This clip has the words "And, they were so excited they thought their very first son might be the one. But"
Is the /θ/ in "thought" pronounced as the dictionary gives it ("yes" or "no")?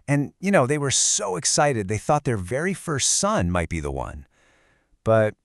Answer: yes